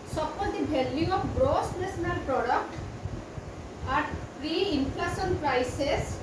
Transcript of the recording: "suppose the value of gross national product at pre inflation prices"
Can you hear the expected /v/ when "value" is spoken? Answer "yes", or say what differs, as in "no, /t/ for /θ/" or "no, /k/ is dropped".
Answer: no, /b/ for /v/